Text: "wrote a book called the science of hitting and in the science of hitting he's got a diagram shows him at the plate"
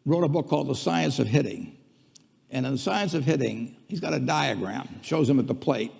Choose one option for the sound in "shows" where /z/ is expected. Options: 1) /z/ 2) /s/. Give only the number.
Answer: 1